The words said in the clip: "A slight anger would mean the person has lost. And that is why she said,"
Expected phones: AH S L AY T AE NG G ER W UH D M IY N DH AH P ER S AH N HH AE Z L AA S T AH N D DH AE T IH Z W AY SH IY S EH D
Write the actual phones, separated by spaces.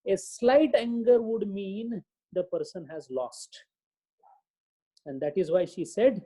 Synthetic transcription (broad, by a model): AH S L AY T AE NG G ER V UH D M IY N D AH P ER S AH N HH AE Z L AA S T AH N D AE T IH Z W AY SH IY S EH D